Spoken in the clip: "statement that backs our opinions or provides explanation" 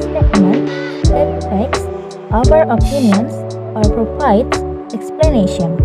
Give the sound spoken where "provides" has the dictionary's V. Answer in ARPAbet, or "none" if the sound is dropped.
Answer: P